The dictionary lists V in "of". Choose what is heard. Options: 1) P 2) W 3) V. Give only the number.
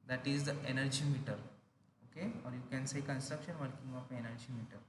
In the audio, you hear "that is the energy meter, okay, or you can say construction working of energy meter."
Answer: 1